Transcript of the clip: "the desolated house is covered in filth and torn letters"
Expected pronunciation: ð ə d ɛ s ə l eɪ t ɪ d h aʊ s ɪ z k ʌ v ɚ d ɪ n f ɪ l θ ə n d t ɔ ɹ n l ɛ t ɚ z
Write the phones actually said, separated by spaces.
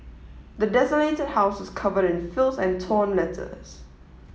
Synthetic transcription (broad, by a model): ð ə d ɛ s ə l eɪ t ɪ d h aʊ s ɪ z k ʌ v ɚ d ɪ n f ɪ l s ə n t ɔ n l ɛ t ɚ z